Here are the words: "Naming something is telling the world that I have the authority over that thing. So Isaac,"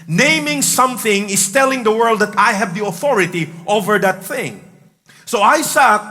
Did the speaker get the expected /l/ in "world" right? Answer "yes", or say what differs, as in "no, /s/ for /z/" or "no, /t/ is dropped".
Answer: yes